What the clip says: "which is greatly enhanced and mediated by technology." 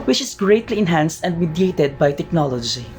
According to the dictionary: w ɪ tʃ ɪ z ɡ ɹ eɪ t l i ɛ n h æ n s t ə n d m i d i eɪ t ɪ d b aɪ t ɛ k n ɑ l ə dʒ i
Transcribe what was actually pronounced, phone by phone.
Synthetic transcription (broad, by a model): w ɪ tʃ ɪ s ɡ ɹ eɪ t l i ɛ n h æ n s t ə n d m i d i eɪ t ɪ d b aɪ t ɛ k n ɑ l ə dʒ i